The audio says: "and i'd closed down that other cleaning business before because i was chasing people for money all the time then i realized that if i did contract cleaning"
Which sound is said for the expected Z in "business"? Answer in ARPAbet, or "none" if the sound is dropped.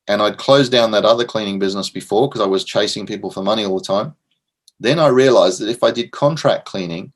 Z